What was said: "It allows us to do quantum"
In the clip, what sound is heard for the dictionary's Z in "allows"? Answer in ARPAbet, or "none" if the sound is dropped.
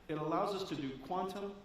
Z